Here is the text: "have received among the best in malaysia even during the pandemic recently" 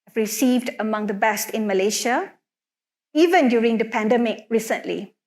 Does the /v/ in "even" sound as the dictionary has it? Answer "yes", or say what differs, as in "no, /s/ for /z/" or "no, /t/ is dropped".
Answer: yes